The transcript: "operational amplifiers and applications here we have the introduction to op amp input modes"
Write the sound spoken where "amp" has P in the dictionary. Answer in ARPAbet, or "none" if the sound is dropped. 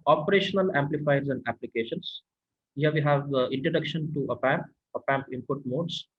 P